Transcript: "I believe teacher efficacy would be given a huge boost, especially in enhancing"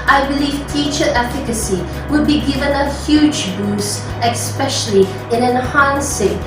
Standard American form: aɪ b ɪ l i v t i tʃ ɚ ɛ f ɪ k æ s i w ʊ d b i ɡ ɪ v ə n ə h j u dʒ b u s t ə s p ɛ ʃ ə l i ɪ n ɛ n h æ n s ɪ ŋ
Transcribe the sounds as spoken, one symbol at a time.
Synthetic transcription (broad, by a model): aɪ b ɪ l i v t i tʃ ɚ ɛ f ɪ k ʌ s i w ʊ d b i ɡ ɪ v ə n ə h j u dʒ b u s ə s p ɛ ʃ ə l i ɪ n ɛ n h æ n s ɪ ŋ